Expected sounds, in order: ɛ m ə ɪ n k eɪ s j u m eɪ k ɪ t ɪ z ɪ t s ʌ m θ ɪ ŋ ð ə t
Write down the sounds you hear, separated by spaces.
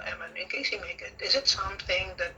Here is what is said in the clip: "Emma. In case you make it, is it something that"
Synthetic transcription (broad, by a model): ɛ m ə ɪ n k eɪ s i m eɪ k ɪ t ɪ z ɪ t s ʌ m θ ɪ ŋ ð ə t